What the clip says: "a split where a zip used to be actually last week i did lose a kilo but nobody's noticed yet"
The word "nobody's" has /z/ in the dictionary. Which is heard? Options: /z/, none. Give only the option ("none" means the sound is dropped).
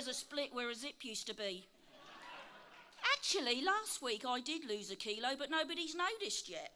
/z/